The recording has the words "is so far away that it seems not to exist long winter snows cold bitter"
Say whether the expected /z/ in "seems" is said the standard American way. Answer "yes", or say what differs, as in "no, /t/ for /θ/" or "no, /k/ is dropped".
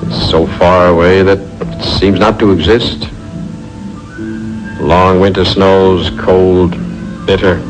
yes